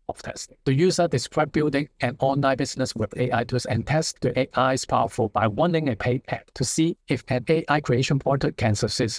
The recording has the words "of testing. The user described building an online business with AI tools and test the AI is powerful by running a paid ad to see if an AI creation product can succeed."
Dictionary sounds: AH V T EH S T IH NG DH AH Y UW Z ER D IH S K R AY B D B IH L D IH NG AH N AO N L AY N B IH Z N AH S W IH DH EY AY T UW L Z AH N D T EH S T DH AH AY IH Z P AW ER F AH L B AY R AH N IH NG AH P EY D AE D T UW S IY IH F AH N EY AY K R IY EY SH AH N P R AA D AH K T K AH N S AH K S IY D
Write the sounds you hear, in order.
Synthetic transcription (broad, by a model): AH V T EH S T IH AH Y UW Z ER D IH S K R AY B B IH L D IH NG AH N AO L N AY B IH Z N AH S W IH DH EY AY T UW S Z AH N T EH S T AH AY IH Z P AW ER F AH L B AY W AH N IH NG AH P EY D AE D T UW S IY IH F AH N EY AY K R IY EY SH AH N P AA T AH T K AH N S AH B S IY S